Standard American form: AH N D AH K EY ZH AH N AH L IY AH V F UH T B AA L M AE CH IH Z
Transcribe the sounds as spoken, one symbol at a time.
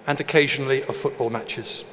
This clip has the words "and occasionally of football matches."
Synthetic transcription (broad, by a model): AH N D AH K EY ZH AH N AH L IY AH F UH T B AA L M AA CH IH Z